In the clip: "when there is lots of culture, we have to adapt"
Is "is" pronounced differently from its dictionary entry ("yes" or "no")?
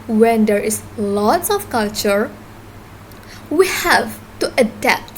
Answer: yes